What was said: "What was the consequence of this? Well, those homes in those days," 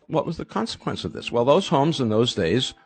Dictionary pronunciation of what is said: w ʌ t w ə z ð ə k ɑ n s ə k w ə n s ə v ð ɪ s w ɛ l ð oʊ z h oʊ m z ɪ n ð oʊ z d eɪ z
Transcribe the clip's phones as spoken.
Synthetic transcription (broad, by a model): w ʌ t w ə z ð ə k ɑ n s ə k w ə n s ə v ð ɪ s w ɛ l ð oʊ z h oʊ m z ɪ n ð oʊ z d eɪ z